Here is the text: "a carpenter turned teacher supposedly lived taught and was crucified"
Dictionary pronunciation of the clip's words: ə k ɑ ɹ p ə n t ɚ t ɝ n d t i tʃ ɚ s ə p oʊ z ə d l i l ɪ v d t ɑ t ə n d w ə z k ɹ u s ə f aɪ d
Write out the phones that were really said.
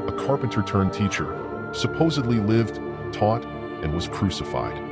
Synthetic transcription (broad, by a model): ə k ɑ ɹ p ə n t ɚ t ɝ n t i tʃ ɚ s ə p oʊ z ə d l i l ɪ v d t ɑ t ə n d w ə z k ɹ u s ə f aɪ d